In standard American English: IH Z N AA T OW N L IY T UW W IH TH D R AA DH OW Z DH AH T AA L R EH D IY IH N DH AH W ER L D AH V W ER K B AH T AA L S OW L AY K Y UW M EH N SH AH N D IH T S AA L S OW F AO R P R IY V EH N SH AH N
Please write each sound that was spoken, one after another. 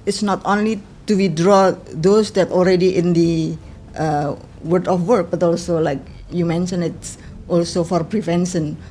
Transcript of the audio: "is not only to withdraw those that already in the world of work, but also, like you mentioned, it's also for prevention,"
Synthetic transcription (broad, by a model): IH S N AA T OW N L IY T UW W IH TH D R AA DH OW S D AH T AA L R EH D IY IH N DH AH W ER D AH F W ER K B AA T AA L S OW L AY K Y UW M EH N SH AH N IH T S AA L S OW F AO R P R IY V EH N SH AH N